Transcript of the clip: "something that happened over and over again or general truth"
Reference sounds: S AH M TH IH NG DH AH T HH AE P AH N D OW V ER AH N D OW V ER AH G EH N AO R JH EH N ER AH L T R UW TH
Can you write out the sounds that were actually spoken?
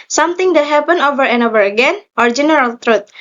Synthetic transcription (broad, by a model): S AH M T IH NG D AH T HH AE P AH N OW V ER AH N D OW V ER AH G EH N AO R JH EH N ER AH L T R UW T